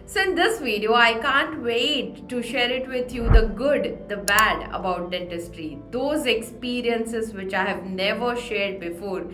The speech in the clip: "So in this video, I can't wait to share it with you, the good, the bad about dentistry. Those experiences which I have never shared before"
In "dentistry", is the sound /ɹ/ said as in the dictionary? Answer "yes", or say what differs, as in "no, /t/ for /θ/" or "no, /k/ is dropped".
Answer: yes